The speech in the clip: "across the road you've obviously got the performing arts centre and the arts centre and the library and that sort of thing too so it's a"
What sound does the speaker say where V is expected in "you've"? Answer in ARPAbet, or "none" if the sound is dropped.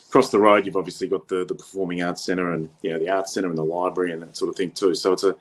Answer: V